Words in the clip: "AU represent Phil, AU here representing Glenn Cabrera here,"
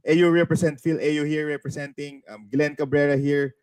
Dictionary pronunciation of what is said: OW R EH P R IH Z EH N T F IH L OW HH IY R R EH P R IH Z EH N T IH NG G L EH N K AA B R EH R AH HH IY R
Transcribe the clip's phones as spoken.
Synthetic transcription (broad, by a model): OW R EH P R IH S EH N T F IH L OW HH IY R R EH P R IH S EH N T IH NG G L EH N K AA B R EH R AH HH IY R